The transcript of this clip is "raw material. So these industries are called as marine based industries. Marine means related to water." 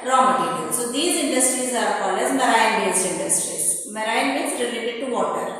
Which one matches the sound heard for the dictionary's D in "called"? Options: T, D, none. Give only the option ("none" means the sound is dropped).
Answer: none